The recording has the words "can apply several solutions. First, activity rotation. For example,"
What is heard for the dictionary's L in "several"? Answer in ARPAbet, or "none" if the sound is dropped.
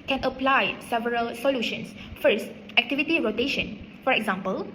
L